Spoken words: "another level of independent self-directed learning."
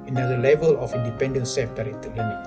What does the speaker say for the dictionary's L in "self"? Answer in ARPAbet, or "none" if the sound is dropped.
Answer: none